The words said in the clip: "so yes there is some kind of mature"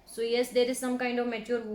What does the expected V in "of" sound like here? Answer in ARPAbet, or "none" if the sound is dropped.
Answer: V